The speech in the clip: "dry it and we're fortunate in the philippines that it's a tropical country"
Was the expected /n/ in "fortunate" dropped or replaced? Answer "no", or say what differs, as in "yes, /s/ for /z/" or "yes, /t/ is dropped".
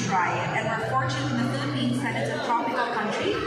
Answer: yes, /n/ is dropped